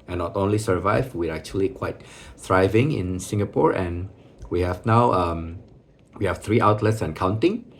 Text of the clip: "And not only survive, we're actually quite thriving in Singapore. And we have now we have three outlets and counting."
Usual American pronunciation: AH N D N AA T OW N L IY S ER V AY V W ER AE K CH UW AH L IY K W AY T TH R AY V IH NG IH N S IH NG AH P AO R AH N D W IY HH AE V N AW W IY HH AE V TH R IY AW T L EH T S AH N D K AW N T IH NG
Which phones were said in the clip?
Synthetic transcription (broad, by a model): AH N N AA T OW N L IY S ER V AY V W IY AE K CH UW AH L IY K W AY T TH R AY V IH NG IH N S IH NG AH P AO R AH N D W IY HH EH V N AW W IY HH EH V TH R IY AW T L EH T S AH N K AW N T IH NG